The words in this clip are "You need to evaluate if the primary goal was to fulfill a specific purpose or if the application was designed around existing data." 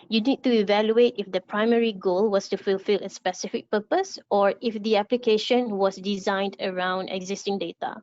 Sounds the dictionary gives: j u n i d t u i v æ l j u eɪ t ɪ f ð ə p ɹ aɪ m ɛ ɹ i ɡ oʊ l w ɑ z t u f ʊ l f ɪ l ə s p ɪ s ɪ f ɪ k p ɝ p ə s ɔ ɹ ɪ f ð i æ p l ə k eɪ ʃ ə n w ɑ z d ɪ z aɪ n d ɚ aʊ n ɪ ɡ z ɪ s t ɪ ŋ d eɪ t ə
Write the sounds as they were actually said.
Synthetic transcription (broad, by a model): j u n i d t u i v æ l j u eɪ t ɪ f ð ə p ɹ aɪ m ɛ ɹ i ɡ oʊ l w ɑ s t u f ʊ l f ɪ l ə s p ɪ s ɪ f ɪ k p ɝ p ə s ɔ ɹ ɪ f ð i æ p l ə k eɪ ʃ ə n w ɑ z d ɪ z aɪ n d ɚ aʊ n ɪ ɡ z ɪ s t ɪ ŋ d eɪ t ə